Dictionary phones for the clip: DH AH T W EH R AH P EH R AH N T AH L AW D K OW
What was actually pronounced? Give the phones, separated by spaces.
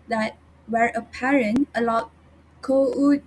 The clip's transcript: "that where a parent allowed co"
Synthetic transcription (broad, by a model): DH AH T W EH R AH P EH R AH N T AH L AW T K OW